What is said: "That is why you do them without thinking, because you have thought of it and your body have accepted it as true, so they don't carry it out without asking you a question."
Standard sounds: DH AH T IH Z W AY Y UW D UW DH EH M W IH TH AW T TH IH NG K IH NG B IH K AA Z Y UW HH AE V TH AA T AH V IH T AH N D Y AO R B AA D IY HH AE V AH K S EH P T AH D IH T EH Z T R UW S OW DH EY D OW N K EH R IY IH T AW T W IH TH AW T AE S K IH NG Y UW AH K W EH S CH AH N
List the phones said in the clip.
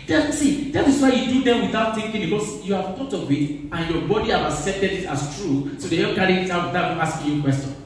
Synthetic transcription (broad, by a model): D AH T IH S W AY Y UW D UW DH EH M W IH TH AW T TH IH NG K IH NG B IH K AA S Y UW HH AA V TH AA T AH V IH T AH N Y AO B AA D IY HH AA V AH K S EH P T AH D IH T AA S T R UW S OW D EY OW K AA R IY IH T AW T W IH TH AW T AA S K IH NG Y UW K W EH S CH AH N